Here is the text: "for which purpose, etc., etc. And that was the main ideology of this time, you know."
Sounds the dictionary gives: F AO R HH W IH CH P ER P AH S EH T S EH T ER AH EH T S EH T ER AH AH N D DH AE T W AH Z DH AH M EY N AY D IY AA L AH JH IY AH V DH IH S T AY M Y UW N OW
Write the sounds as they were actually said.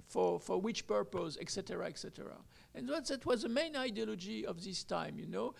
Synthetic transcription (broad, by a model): F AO R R W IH CH P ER P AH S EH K S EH T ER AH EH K S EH T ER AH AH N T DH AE T W AH Z DH AH M EY N AY D IY AA L AH JH IY AH V DH IH S T AY M Y UW N OW